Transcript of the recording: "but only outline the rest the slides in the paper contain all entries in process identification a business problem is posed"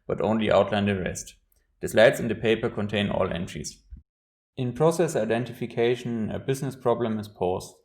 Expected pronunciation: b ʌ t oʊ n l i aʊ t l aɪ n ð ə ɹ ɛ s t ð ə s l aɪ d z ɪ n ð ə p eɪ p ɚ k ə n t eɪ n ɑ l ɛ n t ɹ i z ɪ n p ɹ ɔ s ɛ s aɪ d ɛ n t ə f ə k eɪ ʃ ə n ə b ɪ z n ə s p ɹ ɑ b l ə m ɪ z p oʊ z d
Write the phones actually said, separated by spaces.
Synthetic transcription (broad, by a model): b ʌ t oʊ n l i aʊ t l aɪ n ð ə ɹ ɛ s t ð ə s l aɪ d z ɪ n ð ə p eɪ p ɚ k ə n t eɪ n ɑ l ɛ n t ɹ i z ɪ n p ɹ ɔ s ɛ s aɪ d ɛ n t ə f ə k eɪ ʃ ə n ə b ɪ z n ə s p ɹ ɑ b l ə m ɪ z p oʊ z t